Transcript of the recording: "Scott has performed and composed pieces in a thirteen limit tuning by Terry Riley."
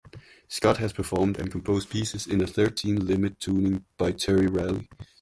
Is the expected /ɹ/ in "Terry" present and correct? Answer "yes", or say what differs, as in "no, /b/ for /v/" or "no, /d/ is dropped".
yes